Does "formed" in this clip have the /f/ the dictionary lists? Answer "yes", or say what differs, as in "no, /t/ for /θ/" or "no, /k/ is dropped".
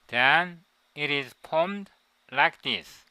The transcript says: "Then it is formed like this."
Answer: no, /p/ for /f/